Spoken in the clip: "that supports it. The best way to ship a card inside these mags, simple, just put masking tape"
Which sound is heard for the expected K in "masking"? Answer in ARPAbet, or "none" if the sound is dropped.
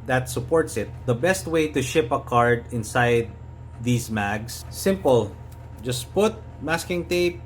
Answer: K